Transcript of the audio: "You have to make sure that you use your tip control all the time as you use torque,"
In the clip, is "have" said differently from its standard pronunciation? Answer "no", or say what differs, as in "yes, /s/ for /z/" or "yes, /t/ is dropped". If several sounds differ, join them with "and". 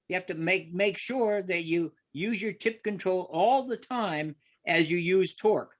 yes, /f/ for /v/